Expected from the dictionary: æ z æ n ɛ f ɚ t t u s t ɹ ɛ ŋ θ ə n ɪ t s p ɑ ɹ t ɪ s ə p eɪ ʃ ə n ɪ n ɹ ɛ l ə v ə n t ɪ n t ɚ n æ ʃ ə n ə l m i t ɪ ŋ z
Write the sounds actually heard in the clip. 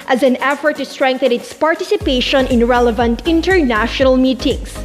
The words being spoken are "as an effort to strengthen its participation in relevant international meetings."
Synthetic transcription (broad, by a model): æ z æ n ɛ f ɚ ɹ t u s t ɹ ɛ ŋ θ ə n ɪ t s p ɑ ɹ t ɪ s ə p eɪ ʃ ə n ɪ n ɹ ɛ l ə v ə n t ɪ n t ɚ n æ ʃ ə n ə l m i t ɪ ŋ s